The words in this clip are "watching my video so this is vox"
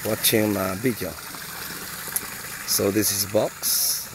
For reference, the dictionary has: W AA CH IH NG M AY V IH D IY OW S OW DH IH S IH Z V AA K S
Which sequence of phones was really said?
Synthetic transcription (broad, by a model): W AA CH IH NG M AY B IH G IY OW S OW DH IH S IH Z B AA K S